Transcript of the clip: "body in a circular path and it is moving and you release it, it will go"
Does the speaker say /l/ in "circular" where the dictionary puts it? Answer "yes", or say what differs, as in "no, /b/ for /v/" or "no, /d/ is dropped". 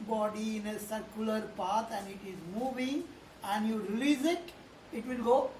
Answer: yes